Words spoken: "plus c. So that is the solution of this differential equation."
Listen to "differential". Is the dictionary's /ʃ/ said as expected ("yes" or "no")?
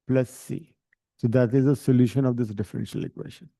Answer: yes